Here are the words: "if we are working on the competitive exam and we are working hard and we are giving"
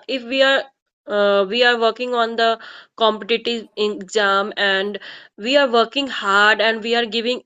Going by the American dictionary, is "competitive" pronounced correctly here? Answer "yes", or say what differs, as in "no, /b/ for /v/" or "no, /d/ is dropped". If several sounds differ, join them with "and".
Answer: no, /v/ is dropped